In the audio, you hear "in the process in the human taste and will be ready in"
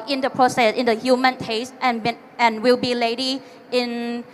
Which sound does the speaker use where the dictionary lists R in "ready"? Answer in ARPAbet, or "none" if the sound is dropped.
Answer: L